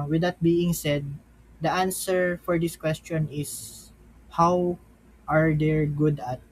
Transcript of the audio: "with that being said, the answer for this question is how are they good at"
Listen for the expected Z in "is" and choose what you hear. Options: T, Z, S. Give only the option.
S